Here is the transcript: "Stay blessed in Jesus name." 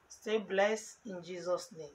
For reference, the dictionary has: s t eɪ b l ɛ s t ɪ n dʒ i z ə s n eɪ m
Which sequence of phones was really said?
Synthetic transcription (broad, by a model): s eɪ b l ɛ s ɪ n dʒ i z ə s n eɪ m